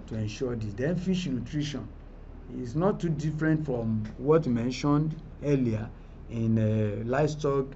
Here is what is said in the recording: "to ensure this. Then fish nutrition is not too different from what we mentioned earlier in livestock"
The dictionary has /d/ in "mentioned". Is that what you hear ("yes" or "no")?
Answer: yes